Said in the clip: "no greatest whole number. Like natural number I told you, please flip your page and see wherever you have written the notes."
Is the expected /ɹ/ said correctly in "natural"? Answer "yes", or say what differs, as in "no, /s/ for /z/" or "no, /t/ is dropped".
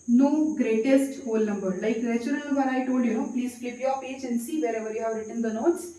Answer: no, /ɹ/ is dropped